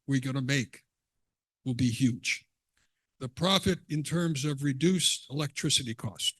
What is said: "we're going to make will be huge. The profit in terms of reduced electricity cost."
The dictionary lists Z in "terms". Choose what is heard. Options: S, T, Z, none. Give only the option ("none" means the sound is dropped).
Z